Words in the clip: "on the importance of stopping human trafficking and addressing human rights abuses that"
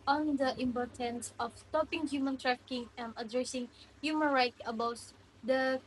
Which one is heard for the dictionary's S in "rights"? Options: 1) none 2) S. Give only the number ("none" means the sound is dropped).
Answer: 1